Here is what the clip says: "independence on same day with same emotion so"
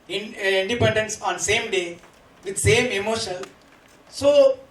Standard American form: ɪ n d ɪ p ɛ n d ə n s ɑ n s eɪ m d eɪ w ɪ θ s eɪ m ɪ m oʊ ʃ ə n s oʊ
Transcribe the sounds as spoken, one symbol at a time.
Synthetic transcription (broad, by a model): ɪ n d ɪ p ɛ n d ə n s ɑ n s eɪ m d eɪ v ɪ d s eɪ m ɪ m oʊ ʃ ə l s oʊ